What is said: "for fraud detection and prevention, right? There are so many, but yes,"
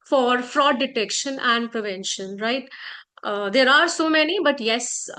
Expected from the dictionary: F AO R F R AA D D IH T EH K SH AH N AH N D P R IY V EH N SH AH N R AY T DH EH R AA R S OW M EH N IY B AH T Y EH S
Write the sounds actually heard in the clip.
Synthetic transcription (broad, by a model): F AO R F R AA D D IH T EH K SH AH N AH N D P R IY V EH N SH AH N R AY T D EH R AA R S OW M EH N IY B AH T Y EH S